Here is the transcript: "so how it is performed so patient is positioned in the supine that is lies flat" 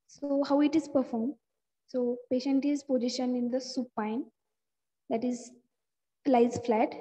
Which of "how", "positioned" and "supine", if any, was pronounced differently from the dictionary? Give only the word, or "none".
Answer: positioned